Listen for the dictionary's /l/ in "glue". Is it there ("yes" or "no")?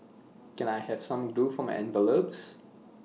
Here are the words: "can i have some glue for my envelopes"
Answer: no